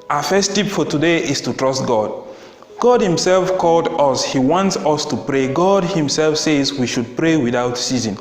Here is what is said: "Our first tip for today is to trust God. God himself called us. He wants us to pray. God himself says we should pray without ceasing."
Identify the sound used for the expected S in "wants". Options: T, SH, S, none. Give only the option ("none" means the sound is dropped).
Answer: S